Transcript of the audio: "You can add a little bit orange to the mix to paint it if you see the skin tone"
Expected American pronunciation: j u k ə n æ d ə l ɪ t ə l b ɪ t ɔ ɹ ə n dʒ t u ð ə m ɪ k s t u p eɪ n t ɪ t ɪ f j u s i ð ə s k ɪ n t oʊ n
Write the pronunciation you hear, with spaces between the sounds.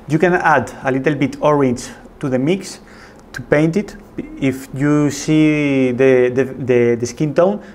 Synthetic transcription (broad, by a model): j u k ə n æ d ə l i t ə l b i t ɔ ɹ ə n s t u ð ə m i k s t u p eɪ n t ɪ t ɪ f j u s i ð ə s k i n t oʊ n